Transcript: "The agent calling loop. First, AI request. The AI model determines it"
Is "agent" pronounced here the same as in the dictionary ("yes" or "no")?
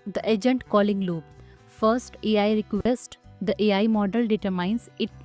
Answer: yes